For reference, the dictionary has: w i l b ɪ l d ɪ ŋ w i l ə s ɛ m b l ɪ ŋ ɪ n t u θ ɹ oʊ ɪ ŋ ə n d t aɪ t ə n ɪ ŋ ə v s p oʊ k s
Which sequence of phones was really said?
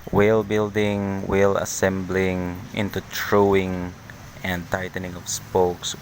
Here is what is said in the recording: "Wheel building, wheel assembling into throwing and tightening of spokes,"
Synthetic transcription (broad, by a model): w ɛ l b ɪ l d ɪ ŋ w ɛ l ə s ɛ m b l ɪ ŋ ɪ n t u t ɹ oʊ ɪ ŋ ə n d t aɪ t ə n ɪ ŋ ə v s p oʊ k s